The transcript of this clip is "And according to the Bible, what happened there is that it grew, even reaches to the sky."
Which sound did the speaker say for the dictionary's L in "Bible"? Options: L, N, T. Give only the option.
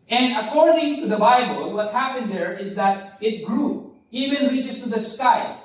L